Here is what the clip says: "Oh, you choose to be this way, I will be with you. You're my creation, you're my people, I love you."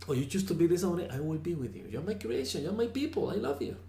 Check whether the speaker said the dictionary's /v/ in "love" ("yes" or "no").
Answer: yes